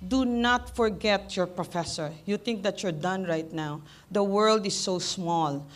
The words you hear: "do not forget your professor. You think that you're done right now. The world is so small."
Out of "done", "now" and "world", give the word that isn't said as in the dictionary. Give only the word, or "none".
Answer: none